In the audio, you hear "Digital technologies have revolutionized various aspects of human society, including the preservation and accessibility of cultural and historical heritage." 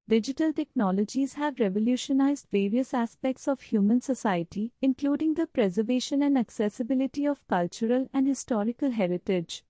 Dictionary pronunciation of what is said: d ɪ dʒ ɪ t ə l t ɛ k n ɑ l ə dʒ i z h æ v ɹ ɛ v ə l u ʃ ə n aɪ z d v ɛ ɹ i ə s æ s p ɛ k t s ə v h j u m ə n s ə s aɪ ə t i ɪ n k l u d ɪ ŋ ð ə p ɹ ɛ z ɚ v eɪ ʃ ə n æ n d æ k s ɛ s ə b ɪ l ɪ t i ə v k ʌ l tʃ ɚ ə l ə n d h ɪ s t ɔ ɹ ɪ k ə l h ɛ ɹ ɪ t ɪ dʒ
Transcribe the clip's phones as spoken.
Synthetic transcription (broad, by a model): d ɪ dʒ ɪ t ə l t ɛ k n ɑ l ə dʒ i z h æ v ɹ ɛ v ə l u ʃ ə n aɪ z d v ɛ ɹ i ə s æ s p ɛ k t s ə v h j u m ə n s ə s aɪ ə t i ɪ n k l u d ɪ ŋ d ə p ɹ ɛ z ɚ v eɪ ʃ ə n æ n d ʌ k s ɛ s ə b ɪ l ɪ t i ə v k ʌ l tʃ ɚ ə l ə n d h ɪ s t ɔ ɹ ɪ k ə l h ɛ ɹ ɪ t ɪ dʒ